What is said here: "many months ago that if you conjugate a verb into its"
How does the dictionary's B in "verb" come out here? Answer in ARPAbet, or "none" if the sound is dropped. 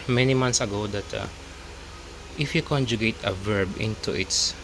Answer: B